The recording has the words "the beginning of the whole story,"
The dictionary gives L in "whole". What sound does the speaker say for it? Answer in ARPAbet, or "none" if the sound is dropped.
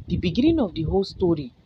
L